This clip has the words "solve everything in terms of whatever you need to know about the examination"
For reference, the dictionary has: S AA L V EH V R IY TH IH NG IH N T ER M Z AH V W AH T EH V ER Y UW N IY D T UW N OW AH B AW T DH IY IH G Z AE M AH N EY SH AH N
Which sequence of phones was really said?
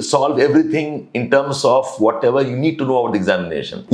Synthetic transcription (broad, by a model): S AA L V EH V R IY T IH NG IH N T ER M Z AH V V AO T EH V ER Y UW N IY D T UW N OW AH UH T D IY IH G Z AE M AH N EY SH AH N